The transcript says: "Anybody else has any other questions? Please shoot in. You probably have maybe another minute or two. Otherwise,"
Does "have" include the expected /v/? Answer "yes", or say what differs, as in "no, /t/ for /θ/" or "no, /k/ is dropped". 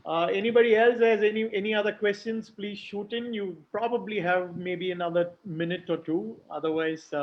yes